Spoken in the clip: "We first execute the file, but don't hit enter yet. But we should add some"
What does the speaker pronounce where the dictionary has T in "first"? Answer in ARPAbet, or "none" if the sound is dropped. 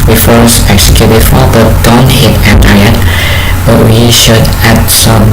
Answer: none